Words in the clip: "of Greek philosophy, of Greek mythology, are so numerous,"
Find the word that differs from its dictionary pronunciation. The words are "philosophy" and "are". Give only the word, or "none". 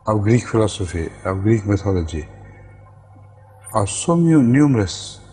are